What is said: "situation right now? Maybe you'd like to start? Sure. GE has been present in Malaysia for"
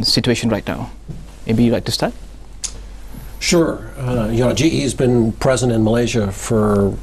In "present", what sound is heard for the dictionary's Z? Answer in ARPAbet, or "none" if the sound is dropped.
Z